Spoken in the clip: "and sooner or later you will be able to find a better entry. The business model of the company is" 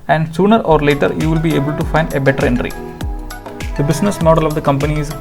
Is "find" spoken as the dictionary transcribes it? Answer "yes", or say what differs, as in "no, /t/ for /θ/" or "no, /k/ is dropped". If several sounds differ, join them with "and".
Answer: yes